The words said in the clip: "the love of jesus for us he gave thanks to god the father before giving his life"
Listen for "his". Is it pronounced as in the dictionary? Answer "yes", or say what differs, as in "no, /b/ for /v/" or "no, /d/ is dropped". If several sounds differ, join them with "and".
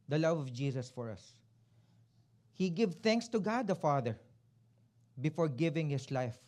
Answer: no, /s/ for /z/